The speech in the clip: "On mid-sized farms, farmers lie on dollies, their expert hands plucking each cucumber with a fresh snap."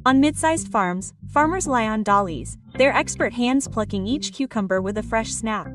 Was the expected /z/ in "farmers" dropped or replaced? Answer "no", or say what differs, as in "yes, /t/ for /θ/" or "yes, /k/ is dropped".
no